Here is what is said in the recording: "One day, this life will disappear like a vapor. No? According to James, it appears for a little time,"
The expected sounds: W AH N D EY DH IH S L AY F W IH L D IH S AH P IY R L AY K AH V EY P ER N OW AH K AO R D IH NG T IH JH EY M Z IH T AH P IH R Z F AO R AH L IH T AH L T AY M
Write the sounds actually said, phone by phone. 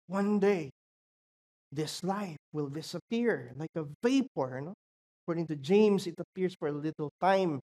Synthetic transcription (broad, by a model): W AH N D EY DH IH S L AY F W IH L D IH S AH P IY R L AY K AH V EY P ER N OW AH K AO R D IH NG T IH JH EY M S IH T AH P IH R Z F AO R AH L IH T AH L T AY M